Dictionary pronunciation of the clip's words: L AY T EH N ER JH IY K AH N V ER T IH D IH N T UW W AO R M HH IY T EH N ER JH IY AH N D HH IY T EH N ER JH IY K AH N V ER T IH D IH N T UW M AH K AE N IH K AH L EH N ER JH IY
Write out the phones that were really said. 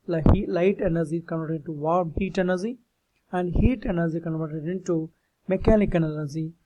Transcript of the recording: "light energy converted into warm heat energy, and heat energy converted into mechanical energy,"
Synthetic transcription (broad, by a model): L AY T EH N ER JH IY K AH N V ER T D IH N T UW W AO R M HH IY T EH N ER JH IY AH N D HH IY T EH N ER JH IY K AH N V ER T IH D IH N T UW M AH K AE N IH K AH N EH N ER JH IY